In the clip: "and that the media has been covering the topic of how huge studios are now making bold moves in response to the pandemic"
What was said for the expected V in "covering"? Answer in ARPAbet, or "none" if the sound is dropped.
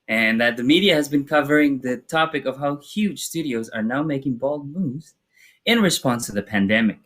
V